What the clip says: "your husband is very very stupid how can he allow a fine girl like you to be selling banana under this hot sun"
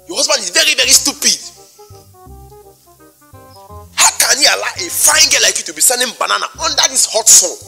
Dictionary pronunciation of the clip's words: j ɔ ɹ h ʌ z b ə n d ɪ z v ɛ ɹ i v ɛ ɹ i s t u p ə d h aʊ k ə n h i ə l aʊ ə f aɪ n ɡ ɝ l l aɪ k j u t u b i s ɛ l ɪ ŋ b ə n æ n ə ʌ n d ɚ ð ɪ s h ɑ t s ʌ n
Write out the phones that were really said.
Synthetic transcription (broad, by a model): j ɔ h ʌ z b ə n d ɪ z v ɛ ɹ i v ɛ ɹ i s t u p ə d h aʊ k ə n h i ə l aʊ ə f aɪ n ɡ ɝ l l aɪ k j u t u b i s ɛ n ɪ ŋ b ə n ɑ n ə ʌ n d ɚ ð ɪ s h ɑ t s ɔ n